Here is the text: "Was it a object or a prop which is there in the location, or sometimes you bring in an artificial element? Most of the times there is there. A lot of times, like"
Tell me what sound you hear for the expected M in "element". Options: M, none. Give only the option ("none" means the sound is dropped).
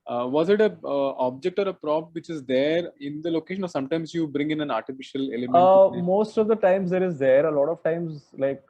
none